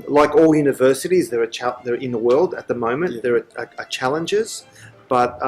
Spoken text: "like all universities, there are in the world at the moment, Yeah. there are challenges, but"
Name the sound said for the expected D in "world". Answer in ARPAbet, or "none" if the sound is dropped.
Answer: D